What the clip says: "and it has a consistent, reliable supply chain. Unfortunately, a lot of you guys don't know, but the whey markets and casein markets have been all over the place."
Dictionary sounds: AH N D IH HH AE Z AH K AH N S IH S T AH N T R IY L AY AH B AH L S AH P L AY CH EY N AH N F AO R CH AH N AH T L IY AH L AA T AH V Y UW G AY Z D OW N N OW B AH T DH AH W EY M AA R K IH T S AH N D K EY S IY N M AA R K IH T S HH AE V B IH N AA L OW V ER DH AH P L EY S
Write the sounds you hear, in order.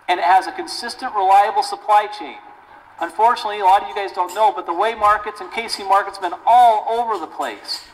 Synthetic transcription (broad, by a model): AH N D IH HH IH Z AH K AH N S IH S T AH N T R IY L AY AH B L S AH P L AY CH EY N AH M F AO R CH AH N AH T L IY AH L AA T AH V Y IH G AY Z D OW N N OW B AH T DH AH W EY M AA R K IH T S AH N K EY S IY M AA R K IH T S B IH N AA L OW V ER DH AH P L EY S